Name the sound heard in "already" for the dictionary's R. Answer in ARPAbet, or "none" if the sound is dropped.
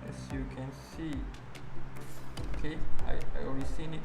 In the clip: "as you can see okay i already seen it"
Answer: none